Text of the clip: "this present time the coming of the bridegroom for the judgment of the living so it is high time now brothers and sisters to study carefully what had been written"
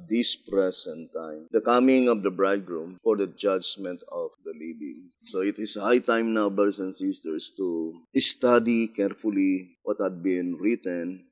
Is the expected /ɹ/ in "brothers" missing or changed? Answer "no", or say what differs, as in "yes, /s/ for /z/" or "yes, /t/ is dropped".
yes, /ɹ/ is dropped